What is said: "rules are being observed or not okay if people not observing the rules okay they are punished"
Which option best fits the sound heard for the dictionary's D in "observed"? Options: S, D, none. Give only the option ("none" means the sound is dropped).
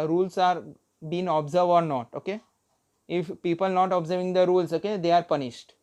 none